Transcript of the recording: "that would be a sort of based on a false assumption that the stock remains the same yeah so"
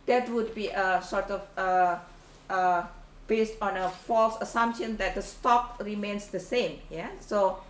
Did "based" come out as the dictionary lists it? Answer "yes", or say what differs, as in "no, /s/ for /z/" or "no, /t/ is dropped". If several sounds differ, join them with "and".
yes